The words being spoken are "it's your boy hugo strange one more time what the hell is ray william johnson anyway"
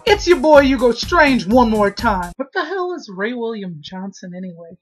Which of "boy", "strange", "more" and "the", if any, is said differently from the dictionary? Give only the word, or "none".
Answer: none